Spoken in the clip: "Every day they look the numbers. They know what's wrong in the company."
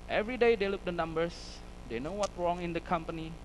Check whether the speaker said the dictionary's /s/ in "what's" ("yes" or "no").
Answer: no